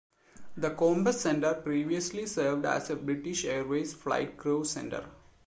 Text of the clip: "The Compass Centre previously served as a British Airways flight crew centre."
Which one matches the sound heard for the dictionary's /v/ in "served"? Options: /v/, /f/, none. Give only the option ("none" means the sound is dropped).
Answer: /v/